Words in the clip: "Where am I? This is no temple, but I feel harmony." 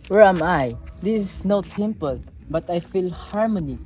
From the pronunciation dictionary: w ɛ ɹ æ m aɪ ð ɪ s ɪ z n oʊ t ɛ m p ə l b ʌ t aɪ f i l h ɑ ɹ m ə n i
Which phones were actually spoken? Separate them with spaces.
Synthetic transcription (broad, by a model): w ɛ ɹ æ m aɪ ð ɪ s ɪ s n oʊ t ɛ m p ə l b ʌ t aɪ f i l h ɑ ɹ m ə n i